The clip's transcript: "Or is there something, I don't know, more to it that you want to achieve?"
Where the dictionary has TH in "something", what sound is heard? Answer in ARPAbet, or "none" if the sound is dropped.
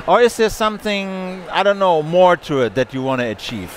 TH